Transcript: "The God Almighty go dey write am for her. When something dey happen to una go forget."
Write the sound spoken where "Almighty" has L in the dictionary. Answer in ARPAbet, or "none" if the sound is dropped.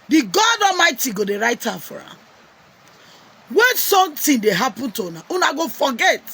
none